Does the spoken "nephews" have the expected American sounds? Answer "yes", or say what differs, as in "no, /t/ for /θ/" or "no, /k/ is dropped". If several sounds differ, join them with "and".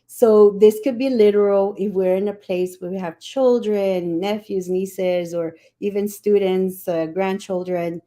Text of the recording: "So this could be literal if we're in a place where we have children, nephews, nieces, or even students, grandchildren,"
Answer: yes